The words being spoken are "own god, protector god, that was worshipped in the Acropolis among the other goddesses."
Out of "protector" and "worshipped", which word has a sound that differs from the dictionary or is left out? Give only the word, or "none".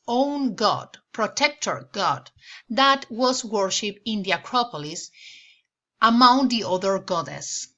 worshipped